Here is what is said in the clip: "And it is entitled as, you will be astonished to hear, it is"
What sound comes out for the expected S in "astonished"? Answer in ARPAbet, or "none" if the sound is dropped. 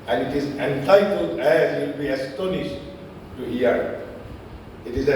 S